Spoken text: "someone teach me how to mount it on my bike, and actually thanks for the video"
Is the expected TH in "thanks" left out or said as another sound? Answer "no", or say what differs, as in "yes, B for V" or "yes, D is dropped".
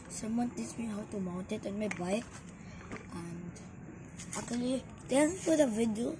yes, T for TH